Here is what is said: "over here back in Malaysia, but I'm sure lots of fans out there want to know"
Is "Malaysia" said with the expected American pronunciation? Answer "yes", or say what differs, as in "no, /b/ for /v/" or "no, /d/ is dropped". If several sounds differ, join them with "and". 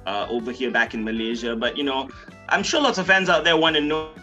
yes